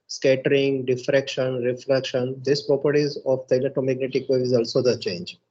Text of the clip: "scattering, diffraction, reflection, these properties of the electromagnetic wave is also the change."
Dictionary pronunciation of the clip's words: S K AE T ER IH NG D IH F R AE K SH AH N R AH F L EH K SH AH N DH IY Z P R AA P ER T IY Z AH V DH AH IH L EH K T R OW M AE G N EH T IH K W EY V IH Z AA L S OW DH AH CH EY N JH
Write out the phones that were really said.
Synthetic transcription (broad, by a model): S K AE T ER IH NG D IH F R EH K SH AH N R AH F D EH K SH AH N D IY S P R AA P ER T IY Z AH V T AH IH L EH T OW M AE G N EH T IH K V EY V IH Z AA L S OW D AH CH EY N JH